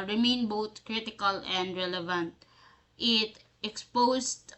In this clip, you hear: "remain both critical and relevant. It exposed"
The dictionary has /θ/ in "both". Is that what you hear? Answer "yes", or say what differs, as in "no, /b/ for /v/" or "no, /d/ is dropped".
no, /t/ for /θ/